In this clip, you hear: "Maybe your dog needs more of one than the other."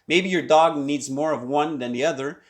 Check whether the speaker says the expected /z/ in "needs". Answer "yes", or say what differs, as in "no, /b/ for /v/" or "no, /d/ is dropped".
yes